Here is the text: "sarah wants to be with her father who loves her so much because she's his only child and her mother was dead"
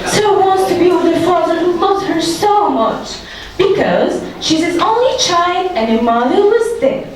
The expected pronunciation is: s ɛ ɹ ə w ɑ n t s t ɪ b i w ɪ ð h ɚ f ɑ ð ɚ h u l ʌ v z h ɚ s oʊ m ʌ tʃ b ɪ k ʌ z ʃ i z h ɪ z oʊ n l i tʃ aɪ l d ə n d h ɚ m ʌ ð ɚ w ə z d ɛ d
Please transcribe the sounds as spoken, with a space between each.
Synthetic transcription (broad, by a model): s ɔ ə w ɑ n t s t ɪ b i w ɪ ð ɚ f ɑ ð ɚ h u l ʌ z h ɚ s oʊ m ʌ tʃ b ɪ k ʌ z ʃ i z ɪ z oʊ n l i tʃ aɪ l d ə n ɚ m ʌ ð ɚ w ə z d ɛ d